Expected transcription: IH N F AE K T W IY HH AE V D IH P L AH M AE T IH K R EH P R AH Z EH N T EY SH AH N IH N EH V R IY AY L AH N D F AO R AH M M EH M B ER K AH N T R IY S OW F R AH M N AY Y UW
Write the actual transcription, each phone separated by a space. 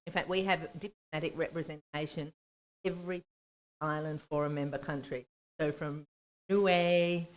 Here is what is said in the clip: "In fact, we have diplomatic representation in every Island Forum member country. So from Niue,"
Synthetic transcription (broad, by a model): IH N F AE K T W IY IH V D IH P L AH M AE T IH K R EH P R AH Z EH N T EY AH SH IH N EH V R IY AY L AH N D F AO R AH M M EH M B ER K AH N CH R IY S OW F R AH M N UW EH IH